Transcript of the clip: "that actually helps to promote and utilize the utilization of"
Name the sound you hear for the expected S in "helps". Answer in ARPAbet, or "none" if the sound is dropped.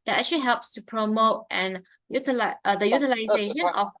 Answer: S